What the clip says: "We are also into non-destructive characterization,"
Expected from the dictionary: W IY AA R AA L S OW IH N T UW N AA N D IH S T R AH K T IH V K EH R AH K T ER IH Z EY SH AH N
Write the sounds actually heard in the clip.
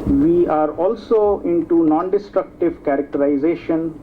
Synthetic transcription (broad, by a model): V IY AA R AA L S OW IH N T UW N AA N D IH S T R AH K T IH V K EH R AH K T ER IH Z EY SH AH N